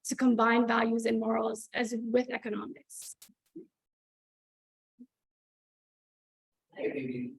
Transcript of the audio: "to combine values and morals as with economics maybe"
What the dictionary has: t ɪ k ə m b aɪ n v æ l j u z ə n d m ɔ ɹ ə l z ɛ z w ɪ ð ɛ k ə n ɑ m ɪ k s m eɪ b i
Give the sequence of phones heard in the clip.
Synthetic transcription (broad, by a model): t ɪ k ə m b aɪ n v æ l j u z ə n m ɔ ɹ l z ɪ z w ɪ ð ɛ k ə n ɑ m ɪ k s